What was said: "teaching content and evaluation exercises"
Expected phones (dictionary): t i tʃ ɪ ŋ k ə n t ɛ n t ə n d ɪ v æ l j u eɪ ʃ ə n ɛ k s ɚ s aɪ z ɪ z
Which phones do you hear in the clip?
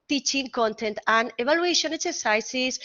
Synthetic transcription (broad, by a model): t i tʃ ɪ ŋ k ə n t ɛ n t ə n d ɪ b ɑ l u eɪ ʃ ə n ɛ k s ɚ s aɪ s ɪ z